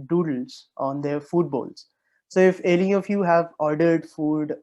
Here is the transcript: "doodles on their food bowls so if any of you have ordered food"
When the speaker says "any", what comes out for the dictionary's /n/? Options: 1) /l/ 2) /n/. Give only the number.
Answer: 1